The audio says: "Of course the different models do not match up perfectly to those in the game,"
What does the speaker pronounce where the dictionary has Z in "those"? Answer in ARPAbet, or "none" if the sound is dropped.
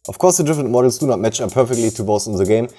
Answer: S